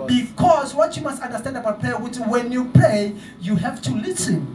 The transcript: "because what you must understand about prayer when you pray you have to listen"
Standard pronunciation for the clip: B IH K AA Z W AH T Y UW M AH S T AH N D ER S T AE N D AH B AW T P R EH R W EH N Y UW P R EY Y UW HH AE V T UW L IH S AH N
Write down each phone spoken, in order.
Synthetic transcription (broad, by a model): B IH K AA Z W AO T Y UW M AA S T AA N D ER S T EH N D AH B AW T P W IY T W EH N Y UW P EY Y UW HH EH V T UW L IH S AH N